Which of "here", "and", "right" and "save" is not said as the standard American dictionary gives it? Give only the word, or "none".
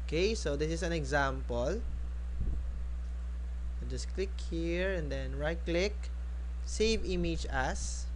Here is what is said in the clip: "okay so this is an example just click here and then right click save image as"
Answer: none